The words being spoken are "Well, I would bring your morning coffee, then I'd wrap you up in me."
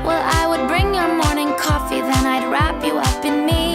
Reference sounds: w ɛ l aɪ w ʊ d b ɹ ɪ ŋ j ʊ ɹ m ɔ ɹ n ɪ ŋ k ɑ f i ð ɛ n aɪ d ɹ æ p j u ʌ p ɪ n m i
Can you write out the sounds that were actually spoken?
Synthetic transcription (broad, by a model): w ɛ l aɪ w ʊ d b ɹ ɪ ŋ j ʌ ɹ m ɔ ɹ n ɪ ŋ k ɑ f i ð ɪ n aɪ d ɹ æ p j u ʌ p ɪ n m i